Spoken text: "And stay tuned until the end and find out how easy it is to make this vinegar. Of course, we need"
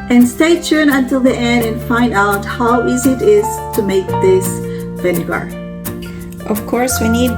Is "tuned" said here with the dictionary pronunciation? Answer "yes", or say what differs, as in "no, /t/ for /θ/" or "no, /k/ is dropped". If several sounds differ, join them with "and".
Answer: no, /d/ is dropped